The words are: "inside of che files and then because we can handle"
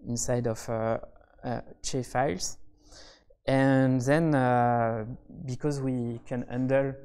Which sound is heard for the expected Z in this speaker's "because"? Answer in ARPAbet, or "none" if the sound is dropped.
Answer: Z